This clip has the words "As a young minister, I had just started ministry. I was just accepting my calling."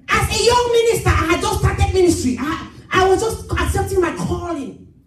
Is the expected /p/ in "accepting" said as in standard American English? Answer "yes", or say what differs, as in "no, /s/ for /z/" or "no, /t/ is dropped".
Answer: yes